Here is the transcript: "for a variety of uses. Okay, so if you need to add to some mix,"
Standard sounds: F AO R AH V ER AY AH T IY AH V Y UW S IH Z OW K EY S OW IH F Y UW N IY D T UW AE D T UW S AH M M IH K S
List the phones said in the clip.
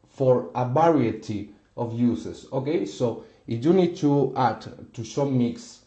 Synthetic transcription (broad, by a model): F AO R AH B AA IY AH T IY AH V Y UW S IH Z OW K EY S OW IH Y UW N IY D T UW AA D T UW SH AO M M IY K S